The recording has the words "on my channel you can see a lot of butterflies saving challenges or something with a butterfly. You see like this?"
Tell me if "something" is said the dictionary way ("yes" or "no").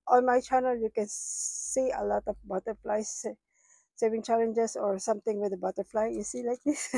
no